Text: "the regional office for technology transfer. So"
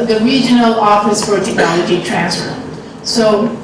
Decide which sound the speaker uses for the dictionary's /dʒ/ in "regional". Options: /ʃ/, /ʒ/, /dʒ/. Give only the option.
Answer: /dʒ/